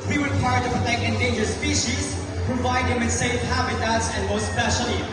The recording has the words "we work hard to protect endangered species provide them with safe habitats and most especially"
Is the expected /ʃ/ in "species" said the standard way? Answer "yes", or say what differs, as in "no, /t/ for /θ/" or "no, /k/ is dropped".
yes